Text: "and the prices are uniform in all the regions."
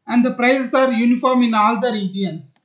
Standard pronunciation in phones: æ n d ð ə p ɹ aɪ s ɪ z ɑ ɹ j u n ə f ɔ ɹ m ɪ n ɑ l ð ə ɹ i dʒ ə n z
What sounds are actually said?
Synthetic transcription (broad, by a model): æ n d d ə p ɹ aɪ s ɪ s ɑ ɹ j u n ə f ɔ ɹ m ɪ n ɑ l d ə ɹ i dʒ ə n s